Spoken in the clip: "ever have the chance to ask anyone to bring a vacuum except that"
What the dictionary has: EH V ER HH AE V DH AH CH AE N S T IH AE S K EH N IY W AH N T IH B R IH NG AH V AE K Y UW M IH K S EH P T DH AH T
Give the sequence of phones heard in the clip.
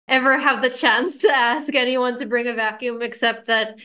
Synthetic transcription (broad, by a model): EH V ER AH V DH AH CH AE N S T IH AE S K EH N IY W AH N T IH B R IH NG AH V AE K Y UW M IH K S EH P T DH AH T